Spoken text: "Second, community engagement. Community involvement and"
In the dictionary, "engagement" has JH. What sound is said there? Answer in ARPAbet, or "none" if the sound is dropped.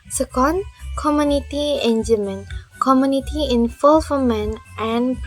none